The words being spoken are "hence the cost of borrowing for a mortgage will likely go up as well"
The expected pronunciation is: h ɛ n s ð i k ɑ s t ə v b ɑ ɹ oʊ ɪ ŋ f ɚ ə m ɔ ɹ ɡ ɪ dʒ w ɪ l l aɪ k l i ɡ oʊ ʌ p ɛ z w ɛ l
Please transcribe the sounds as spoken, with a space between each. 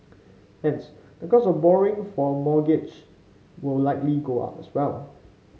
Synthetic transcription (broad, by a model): h ɛ n s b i k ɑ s ə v b ɑ ɹ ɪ ŋ f ə m ɔ ɡ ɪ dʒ w ɪ l l aɪ k l i ɡ oʊ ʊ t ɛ s w ɛ l